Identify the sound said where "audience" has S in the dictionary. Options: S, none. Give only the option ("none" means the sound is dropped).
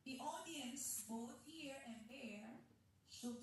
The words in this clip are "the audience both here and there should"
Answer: S